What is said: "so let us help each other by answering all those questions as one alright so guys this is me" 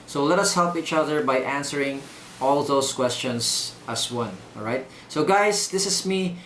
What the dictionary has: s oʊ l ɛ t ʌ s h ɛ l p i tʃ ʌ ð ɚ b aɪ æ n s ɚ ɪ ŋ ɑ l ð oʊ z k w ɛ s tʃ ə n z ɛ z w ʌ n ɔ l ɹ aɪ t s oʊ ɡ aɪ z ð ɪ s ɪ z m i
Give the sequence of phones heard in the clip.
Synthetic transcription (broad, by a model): s oʊ l ɛ t ʌ s h ɛ l p i tʃ ʌ ð ɚ b aɪ æ n s ɚ ɪ ŋ ɑ l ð oʊ s k w ɛ s tʃ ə n s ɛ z w ʌ n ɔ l ɹ aɪ t s oʊ ɡ aɪ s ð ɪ s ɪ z m i